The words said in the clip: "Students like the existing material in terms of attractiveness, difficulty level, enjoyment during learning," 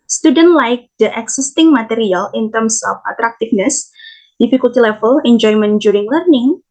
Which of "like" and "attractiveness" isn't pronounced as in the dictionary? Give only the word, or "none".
attractiveness